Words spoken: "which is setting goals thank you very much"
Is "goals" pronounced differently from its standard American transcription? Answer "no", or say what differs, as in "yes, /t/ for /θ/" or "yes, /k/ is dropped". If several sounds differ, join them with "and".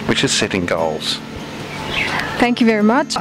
no